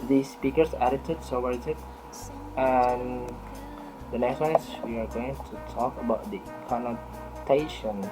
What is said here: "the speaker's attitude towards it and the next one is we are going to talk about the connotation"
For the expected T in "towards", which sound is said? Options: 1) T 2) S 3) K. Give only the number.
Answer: 2